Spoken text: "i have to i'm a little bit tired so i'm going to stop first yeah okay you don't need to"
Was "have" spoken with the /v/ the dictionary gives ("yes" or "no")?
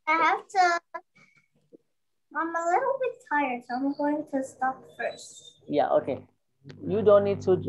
no